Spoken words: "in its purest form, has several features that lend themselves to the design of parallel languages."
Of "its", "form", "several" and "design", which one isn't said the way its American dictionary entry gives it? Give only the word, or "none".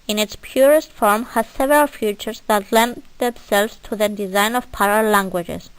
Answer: none